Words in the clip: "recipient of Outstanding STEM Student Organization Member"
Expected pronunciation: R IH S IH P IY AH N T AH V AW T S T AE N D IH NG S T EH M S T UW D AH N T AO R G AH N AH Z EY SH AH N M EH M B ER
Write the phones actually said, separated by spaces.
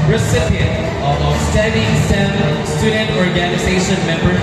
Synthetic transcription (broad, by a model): R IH S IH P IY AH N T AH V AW S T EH D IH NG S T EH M S T UW D AH N T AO R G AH N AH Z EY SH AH N M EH M B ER